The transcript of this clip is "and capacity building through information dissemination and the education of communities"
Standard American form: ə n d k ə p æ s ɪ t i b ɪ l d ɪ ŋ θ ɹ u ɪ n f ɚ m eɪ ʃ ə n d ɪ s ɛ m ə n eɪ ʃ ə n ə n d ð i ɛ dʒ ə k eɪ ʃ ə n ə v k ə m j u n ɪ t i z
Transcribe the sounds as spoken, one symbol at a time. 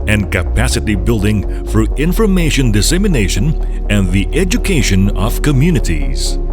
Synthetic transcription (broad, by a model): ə n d k ə p æ s ɪ t i b ɪ l d ɪ ŋ f ɹ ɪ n f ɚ m eɪ ʃ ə n d ɪ s ɛ m ə n eɪ ʃ ə n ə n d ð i ɛ dʒ ə k eɪ ʃ ə n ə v k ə m j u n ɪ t i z